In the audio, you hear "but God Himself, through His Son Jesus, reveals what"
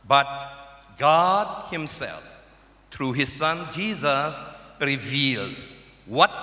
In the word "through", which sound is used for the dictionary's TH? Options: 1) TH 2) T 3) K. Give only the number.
2